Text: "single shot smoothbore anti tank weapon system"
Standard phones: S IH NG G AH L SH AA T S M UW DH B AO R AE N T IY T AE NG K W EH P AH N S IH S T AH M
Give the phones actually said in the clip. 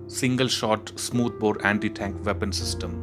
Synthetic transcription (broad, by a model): S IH NG G AH L SH AA T S M UW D B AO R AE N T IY T AE NG K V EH P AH N S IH S T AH M